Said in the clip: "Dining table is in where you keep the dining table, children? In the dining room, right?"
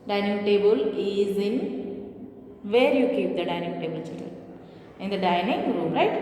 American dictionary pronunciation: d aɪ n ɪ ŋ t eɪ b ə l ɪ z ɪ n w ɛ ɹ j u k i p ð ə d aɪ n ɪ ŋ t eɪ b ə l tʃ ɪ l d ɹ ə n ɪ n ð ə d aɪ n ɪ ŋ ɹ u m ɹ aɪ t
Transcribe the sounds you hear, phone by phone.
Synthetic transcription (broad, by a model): d aɪ n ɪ ŋ t eɪ b ə l ɪ z ɪ n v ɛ ɹ j u k i p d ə d aɪ n ɪ ŋ t eɪ b ə l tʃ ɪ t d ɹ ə l ɪ n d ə d aɪ n ɪ ŋ ɹ u m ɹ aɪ t